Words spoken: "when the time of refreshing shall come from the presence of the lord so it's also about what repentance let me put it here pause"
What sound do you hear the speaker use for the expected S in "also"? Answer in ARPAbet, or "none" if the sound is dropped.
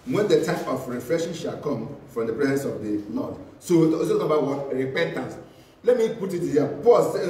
none